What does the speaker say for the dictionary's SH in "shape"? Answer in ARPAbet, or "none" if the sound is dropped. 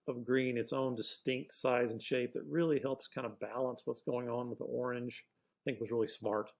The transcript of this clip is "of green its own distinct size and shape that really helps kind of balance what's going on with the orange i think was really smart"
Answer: SH